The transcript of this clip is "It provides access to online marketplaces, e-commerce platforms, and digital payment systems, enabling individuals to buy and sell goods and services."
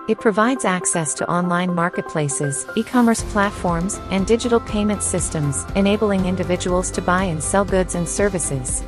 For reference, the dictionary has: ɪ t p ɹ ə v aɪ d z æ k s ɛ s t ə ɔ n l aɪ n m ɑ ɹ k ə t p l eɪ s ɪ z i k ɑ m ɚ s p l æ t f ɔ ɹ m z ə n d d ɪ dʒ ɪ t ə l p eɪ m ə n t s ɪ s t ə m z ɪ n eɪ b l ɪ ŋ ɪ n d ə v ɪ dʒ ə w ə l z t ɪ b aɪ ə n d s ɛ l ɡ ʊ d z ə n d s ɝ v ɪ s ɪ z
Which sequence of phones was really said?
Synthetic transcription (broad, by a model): ɪ t p ɹ ə v aɪ d z æ k s ɛ s t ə ɔ n l aɪ n m ɑ ɹ k ə t p l eɪ s ɪ z i k ɑ m ɚ s p l æ t f ɔ ɹ m z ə n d d ɪ dʒ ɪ t l p eɪ m ə n t s ɪ s t ə m z ɪ n eɪ b l ɪ ŋ ɪ n d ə v ɪ dʒ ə w l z t ɪ b aɪ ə n s ɛ l ɡ ʊ d z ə n s ɝ v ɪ s ɪ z